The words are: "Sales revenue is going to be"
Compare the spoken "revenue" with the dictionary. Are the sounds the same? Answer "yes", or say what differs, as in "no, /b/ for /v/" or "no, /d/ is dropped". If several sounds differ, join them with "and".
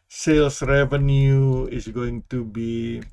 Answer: yes